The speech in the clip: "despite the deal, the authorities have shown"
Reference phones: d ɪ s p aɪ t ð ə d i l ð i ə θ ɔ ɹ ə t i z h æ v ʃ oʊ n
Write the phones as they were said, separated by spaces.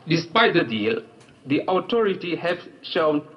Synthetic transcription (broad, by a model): d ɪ s p aɪ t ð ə d i l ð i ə t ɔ ɹ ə t i h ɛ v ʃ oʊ n